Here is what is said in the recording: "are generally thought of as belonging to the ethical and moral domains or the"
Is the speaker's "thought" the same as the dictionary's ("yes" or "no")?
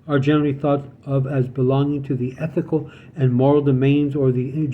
yes